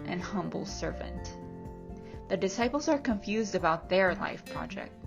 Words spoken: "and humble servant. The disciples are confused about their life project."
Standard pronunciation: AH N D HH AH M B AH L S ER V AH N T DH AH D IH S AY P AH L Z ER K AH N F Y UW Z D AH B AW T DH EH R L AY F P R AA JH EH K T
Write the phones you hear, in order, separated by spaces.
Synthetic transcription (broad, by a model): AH N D HH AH M B L S ER V AH N T DH AH D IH S AY P L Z ER K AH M F Y UW Z D AH B AW T DH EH R L AY F P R AA JH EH K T